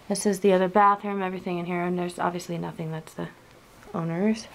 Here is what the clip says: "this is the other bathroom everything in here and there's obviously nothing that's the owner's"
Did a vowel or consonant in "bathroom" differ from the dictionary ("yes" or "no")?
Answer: yes